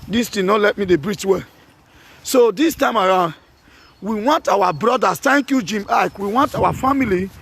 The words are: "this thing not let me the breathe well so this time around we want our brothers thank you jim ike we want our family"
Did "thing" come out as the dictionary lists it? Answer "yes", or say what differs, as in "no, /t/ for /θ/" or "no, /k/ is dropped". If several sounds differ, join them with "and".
no, /t/ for /θ/